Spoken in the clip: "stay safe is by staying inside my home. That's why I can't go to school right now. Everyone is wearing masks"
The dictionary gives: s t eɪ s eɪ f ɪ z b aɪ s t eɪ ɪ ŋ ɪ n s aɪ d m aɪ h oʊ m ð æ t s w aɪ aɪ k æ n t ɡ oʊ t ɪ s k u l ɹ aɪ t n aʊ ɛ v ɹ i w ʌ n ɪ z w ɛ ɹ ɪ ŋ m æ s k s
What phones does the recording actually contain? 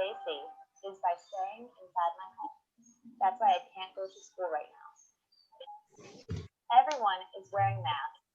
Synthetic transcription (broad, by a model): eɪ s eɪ ɪ z b aɪ s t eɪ ɪ ŋ ɪ n s aɪ d m aɪ h oʊ m ð æ t s w aɪ aɪ k æ n ɡ oʊ t ɪ s k u l ɹ aɪ t n aʊ ɛ v ɹ i w ʌ n ɪ z w ɛ ɹ ɪ ŋ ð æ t